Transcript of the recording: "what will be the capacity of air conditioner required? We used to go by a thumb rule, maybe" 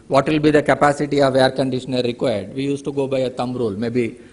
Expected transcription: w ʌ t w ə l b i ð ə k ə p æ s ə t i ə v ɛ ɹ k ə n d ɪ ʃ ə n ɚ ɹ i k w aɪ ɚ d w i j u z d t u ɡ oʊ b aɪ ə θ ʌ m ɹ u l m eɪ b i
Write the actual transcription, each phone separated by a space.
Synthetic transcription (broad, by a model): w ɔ t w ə l b i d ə k ə p æ s ə t i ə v ɛ ɹ k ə n d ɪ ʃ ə n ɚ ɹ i k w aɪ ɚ d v i j u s t u ɡ oʊ b aɪ ə t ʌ m ɹ u l m eɪ b i